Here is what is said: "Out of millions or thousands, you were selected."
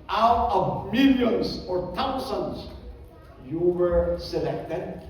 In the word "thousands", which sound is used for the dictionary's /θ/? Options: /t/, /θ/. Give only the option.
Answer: /t/